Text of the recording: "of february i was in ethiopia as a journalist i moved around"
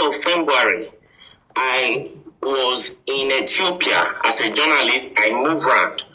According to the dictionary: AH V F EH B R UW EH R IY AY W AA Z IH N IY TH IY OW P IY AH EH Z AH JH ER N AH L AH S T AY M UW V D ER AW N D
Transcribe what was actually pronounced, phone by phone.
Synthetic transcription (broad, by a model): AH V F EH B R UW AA R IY AY W AA Z IH N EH T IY OW P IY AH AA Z AH JH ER N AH L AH S T AY M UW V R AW N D